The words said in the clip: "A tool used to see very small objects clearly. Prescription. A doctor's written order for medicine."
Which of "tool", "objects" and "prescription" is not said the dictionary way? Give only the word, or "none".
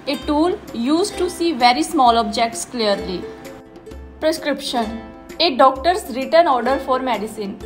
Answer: none